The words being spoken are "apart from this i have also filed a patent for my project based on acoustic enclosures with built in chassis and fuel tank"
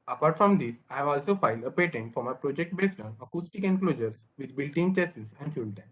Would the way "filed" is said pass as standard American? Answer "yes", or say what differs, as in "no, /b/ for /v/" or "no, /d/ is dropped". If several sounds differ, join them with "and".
yes